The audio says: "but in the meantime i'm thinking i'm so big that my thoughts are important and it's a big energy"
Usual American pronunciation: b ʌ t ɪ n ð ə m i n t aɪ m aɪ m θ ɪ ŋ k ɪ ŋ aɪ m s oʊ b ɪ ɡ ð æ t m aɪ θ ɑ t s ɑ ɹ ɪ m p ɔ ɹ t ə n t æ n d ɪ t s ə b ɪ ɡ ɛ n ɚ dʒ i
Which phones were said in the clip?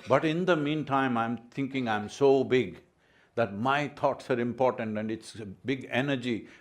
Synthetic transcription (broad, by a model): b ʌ t ɪ n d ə m i n t aɪ m aɪ m t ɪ ŋ k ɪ ŋ aɪ m s oʊ b ɪ ɡ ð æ t m aɪ t ɑ t s ɑ ɹ ɪ m p ɔ ɹ t ə n t æ n d ɪ t s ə b ɪ ɡ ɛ n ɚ dʒ i